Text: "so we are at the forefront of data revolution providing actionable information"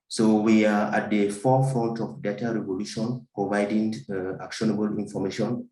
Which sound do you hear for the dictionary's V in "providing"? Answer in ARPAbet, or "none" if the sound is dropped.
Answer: V